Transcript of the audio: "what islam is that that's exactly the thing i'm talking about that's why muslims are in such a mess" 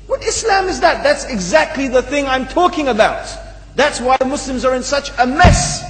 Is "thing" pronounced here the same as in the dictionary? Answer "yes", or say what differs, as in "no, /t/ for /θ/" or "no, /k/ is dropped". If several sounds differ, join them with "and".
yes